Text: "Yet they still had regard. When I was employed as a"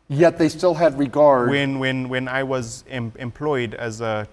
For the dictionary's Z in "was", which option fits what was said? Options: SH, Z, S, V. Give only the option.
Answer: Z